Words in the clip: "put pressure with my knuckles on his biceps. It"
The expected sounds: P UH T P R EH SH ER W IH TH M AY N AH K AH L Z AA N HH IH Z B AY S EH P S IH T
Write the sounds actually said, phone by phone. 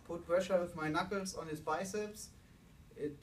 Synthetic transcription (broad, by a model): P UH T B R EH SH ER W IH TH M AY N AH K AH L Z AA N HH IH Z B AY S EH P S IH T